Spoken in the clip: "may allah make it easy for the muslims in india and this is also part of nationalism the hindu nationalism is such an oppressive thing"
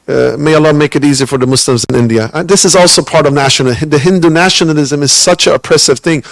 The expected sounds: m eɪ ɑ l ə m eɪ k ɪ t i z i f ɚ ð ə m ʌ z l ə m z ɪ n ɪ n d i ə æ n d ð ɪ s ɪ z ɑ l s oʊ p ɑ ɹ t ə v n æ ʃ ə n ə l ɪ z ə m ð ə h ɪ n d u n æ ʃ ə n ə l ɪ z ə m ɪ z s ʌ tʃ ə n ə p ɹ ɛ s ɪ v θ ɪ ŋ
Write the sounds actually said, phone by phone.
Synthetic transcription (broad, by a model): m eɪ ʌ l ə m eɪ k ɪ t i z i f ɚ ð ə m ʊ s l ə m z ɪ n ɪ n d i ə ð ɪ s ɪ z ɑ l s oʊ p ɑ ɹ t ə v n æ ʃ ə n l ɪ ð ə h ɪ n d u n æ ʃ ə n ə l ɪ z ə m ɪ z s ʌ tʃ ə n ə p ɹ ɛ s ɪ v θ ɪ ŋ